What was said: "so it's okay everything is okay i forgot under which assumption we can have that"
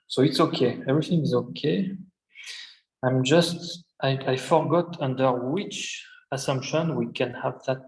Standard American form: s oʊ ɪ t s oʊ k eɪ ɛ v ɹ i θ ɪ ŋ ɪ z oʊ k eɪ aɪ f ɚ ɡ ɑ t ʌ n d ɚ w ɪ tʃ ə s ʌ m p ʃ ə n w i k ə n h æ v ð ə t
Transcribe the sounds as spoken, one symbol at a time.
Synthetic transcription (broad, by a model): s oʊ ɪ t s oʊ k eɪ ɛ v ɹ i θ ɪ ŋ ɪ z oʊ k eɪ aɪ f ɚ ɡ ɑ t ʌ n d ɚ w ɪ tʃ ə s ʌ m p ʃ ə n w i k ə n h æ v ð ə t